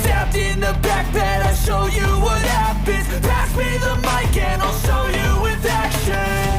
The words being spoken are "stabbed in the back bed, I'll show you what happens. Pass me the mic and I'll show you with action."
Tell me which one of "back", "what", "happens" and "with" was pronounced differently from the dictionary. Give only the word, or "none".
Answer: happens